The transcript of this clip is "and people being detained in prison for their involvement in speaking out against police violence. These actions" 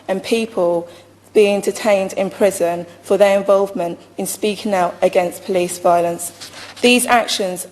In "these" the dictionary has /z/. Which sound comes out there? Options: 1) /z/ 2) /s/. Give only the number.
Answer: 1